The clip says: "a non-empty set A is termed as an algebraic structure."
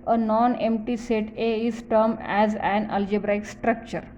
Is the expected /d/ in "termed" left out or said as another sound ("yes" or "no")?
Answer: yes